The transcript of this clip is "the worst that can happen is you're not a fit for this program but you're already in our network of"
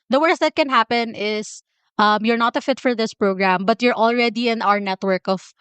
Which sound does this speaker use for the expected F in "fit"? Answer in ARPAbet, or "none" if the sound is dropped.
F